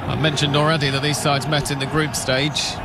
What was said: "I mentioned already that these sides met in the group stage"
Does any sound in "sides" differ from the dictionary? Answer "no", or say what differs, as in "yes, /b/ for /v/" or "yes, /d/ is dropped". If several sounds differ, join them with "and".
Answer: no